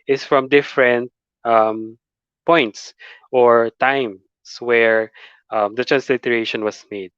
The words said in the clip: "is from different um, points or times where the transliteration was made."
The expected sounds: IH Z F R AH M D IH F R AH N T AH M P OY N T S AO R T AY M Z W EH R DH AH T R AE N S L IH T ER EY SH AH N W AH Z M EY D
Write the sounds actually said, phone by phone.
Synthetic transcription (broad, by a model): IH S F R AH M D IH F R AH N T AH M P OY N T S AO R T AY M S W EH R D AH T R AE N S L IH T ER EY SH AH N W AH S M EY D